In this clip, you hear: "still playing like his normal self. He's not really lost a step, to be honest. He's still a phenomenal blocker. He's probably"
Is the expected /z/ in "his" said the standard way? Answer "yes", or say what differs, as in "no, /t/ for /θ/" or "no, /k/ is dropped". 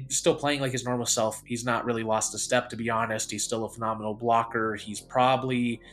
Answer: yes